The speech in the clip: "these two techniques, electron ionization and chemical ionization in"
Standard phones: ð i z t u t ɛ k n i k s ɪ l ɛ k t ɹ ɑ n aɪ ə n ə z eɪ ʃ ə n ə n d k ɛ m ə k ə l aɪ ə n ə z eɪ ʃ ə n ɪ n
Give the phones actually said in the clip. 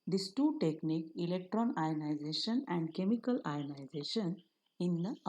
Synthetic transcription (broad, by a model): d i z t u t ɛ k n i k ɪ l ɛ k t ɹ ɑ n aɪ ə n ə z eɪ ʃ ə n ə n d k ɛ m ə k ə l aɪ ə n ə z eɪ ʃ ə n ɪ n